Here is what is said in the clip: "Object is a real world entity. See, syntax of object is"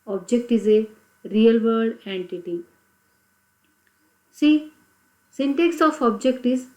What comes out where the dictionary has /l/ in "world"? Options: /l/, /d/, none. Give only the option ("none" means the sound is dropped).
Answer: none